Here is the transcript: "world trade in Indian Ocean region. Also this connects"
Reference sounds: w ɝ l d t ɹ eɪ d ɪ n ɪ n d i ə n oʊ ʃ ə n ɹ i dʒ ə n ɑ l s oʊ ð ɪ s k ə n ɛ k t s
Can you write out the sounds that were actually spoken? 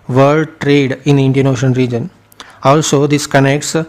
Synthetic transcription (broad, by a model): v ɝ l d t ɹ eɪ d ɪ n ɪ n d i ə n oʊ ʃ ə n ɹ i dʒ ə n ɑ l s oʊ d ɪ s k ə n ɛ k t s